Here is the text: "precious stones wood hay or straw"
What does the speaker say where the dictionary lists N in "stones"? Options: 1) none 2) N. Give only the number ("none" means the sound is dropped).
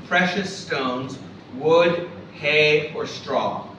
2